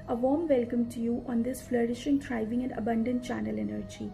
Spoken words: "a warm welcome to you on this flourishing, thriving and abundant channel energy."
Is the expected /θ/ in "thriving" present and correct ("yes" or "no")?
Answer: no